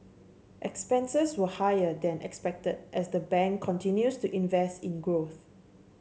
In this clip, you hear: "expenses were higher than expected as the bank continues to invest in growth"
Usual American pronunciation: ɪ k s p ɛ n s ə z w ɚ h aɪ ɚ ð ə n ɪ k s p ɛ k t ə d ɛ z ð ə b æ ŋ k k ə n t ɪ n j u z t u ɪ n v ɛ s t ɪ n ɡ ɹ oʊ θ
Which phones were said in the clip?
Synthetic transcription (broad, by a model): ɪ k s p ɛ n s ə s w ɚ h aɪ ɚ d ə n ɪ k s p ɛ k t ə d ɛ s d ə b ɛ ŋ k k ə n t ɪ n j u s t u ɪ n v ɛ s t ɪ n ɡ ɹ oʊ θ